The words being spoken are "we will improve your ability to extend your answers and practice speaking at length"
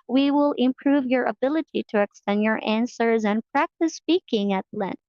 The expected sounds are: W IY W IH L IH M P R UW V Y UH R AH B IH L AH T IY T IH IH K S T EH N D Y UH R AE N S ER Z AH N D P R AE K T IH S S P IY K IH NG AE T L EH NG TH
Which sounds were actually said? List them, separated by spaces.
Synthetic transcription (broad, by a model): W IY W IH L IH M P R UW V Y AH R AH B IH L AH T IY T IH IH K S T EH N D Y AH R AE N S ER Z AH N P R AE K T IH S S P IY K IH NG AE T L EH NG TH